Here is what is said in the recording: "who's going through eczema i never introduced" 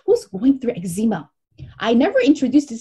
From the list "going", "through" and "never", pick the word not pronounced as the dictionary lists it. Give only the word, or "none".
none